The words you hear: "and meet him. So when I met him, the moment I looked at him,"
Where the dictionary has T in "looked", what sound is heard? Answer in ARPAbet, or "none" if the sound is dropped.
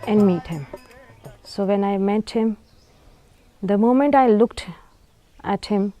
T